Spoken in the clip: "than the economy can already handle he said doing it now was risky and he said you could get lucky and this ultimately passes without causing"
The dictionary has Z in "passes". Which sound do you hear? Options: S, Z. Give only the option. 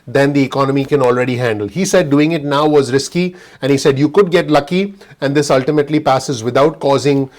Z